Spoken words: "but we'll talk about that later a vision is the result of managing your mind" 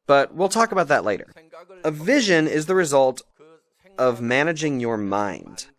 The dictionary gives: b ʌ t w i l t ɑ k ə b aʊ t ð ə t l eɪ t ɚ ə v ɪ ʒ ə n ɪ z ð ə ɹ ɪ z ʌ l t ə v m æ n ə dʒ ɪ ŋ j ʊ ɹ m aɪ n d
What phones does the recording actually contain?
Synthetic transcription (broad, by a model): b ʌ t w i l t ɑ k ə b aʊ t ð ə t l eɪ t ɚ ə v ɪ ʒ ə n ɪ z ð ə ɹ ɪ z ʌ l t ə v m æ n ə dʒ ɪ ŋ j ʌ ɹ m aɪ n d